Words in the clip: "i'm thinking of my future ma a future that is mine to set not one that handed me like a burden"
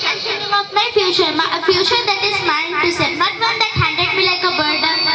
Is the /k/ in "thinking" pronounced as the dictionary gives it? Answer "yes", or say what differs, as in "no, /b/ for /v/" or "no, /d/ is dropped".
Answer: no, /k/ is dropped